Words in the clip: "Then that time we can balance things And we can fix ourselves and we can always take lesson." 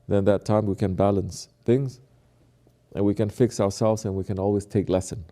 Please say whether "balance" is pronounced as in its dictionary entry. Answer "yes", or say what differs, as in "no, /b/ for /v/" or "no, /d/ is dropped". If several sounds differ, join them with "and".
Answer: yes